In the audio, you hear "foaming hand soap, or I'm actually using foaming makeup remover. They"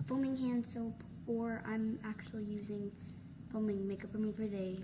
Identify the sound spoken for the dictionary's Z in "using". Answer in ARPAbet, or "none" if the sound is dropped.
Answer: Z